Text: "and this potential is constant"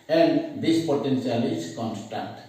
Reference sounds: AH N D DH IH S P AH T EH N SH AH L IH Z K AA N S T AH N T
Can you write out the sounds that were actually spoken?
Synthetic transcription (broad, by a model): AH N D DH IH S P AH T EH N S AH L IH S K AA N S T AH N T